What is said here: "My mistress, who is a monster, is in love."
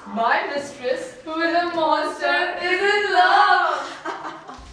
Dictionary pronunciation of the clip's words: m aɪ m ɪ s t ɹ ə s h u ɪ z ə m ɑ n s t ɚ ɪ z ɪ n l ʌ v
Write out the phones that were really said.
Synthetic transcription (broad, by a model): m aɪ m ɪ s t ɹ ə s h u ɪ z ə m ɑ s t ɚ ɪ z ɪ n l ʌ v